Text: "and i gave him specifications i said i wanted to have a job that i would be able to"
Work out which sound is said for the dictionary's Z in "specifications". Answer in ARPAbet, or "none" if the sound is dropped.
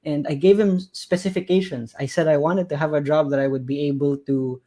S